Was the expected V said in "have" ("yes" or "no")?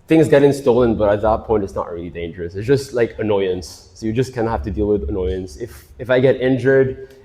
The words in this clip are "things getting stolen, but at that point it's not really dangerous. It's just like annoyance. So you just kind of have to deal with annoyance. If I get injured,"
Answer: no